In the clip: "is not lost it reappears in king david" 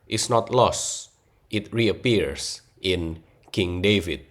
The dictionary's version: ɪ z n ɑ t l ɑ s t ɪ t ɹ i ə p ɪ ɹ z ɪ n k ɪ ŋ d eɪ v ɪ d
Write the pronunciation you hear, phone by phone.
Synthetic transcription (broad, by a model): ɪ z n ɑ t l ɑ s t ɪ t ɹ i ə p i ɹ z ɪ n k ɪ ŋ d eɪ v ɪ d